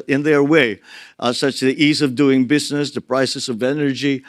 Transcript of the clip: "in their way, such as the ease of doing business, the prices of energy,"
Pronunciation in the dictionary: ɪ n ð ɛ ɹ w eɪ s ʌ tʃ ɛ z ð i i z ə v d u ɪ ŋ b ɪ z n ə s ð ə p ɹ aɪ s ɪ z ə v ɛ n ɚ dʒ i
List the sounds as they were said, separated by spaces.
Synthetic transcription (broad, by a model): ɪ n ð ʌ ɹ w eɪ s ʌ tʃ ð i i z ə v d u ɪ ŋ b ɪ z n ə s ð ə p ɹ aɪ s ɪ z ə v ɛ n ɚ dʒ i